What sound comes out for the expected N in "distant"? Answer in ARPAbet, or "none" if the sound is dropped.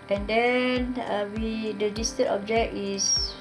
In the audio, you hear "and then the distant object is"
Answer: none